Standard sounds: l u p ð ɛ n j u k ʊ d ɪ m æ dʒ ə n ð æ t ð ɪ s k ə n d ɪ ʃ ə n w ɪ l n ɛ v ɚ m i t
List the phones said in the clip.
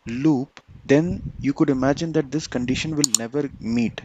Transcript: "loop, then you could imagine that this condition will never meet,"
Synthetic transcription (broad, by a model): l u p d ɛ n j u k ʊ d ɪ m æ dʒ ə n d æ t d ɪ s k ə n d ɪ ʃ ə n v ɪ l n ɛ v ɚ m i t